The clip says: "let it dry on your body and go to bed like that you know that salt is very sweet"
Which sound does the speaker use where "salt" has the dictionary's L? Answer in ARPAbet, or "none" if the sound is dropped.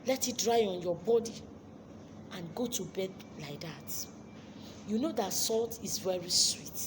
L